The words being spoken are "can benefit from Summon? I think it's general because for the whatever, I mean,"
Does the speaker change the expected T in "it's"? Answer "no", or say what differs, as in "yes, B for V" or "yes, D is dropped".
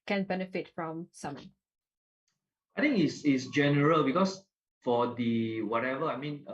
yes, S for T